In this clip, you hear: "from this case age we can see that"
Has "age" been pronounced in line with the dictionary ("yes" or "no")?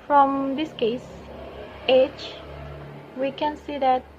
no